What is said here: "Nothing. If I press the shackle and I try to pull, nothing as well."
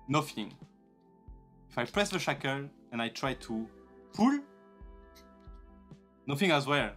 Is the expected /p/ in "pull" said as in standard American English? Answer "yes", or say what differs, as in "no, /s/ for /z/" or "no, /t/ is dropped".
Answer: no, /f/ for /p/